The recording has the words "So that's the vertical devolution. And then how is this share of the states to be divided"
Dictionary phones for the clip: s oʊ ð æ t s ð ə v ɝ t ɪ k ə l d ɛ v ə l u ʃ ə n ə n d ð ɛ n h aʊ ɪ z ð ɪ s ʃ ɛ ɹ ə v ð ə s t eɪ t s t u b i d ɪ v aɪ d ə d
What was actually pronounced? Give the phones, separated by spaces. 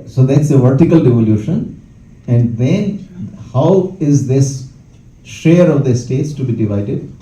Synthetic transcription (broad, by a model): s oʊ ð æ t s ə v ɝ t ɪ k ə l d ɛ v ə l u ʃ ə n ə n d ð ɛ n h aʊ ɪ z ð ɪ s ʃ ɛ ɹ ə v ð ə s t eɪ t s t u b i d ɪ v aɪ d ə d